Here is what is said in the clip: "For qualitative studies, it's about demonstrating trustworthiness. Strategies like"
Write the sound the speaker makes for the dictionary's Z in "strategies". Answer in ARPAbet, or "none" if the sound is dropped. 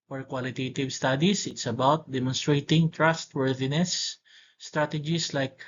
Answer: S